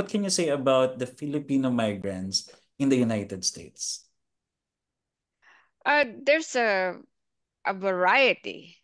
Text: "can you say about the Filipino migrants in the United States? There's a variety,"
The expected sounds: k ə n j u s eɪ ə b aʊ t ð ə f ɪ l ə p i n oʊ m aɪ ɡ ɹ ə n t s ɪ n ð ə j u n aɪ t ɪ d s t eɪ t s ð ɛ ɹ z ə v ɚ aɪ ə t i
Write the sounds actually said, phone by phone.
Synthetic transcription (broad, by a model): k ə n j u s eɪ ə b aʊ t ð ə f ɪ l ə p i n oʊ m aɪ ɡ ɹ ə n t s ɪ n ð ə j u n aɪ t ɪ d s t eɪ t s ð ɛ ɹ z ə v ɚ aɪ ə t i